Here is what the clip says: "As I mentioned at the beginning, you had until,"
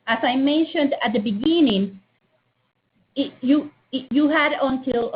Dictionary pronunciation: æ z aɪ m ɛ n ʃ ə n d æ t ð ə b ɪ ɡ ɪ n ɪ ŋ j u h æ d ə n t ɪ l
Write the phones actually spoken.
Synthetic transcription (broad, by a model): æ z aɪ m ɛ n ʃ ə n d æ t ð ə b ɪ ɡ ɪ n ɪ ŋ j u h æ d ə n t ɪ l